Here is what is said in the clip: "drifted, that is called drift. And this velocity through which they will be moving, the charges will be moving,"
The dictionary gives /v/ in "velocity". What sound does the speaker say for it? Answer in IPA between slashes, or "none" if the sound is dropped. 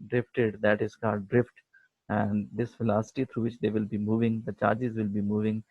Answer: /f/